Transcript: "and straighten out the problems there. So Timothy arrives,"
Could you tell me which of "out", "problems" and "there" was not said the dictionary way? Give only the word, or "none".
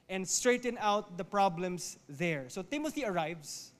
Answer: problems